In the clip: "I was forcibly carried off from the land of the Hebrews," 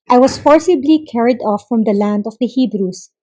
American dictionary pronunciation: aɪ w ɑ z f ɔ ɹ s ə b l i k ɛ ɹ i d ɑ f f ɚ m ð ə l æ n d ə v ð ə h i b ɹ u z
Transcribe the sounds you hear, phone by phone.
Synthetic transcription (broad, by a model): aɪ w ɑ s f ɔ ɹ s ə b l i k ɛ ɹ i d ɑ f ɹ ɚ m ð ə l æ n d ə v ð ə h i b ɹ u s